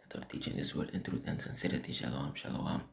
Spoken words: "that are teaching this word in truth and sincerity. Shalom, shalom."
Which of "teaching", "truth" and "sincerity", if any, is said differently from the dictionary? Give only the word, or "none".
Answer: truth